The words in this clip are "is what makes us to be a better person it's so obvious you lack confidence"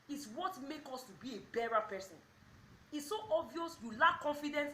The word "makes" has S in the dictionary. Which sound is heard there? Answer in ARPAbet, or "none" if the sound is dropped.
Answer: none